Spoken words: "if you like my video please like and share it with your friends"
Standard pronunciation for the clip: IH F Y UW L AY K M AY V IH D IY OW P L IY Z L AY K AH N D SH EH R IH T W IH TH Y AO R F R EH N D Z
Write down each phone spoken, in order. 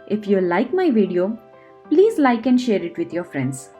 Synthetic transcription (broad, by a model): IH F Y UW L AY K M AY V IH D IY OW P L IY Z L AY K AH N D SH EH R IH T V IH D Y AO R F R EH N D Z